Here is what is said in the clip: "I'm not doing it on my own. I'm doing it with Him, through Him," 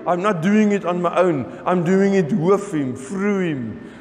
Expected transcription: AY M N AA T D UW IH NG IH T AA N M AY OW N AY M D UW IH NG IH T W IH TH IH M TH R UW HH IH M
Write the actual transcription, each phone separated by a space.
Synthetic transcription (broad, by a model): AY M N AA T D UW IH NG IH T AA N M AY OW N AY M D UW IH NG IH T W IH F IH M F R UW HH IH M